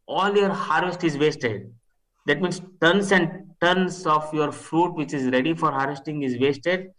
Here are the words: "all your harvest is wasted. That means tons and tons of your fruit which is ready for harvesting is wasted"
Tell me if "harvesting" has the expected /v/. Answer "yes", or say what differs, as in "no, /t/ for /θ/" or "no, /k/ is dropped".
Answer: yes